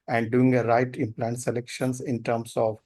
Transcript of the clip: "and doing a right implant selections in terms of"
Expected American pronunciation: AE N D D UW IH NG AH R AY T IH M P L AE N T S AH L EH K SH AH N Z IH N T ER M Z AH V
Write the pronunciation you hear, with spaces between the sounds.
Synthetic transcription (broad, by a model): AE N D D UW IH NG AH R AY T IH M P L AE N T S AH L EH K SH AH N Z IH N T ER M S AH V